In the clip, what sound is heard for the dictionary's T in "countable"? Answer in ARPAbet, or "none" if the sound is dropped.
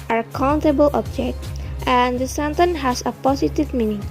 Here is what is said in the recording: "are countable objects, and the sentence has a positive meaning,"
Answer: T